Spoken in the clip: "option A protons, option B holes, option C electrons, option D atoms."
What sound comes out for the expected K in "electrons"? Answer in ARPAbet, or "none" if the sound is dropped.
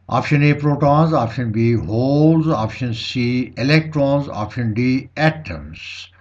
K